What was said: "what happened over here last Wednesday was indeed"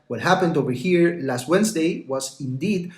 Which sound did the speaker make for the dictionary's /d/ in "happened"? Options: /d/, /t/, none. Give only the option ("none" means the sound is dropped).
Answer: /d/